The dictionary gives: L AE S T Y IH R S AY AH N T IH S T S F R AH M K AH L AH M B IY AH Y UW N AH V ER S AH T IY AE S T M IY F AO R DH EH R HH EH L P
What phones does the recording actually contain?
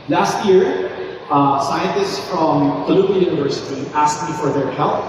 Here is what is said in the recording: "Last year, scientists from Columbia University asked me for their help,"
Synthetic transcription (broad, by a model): L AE S T Y IH R S AY AH N T IH S T S F R AH M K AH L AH B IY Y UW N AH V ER S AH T IY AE S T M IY F AO R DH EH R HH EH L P